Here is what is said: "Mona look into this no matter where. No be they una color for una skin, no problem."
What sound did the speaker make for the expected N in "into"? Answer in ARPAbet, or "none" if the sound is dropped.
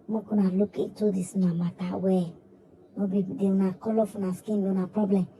none